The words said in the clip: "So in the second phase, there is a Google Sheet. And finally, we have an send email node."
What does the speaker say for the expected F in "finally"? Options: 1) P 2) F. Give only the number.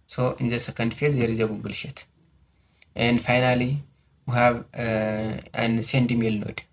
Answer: 2